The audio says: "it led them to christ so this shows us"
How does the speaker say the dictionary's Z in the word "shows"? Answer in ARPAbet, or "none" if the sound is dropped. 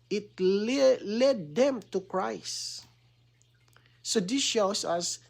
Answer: S